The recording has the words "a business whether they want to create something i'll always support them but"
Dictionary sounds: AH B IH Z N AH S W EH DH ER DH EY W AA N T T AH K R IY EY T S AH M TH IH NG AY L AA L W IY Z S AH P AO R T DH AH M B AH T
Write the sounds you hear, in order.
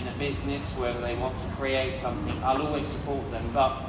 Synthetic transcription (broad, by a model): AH B IH Z N AH S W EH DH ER DH EY W AA N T T AH K R IY EY T S AH M TH IH NG AY L AA L W IY Z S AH P AO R T DH AH M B AH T